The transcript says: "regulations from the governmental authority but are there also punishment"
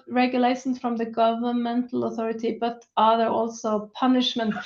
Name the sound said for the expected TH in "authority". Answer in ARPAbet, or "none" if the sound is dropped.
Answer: TH